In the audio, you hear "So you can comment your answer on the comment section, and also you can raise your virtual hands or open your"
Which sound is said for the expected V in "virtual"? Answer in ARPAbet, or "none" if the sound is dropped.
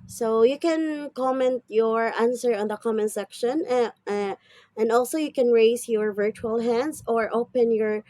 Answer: V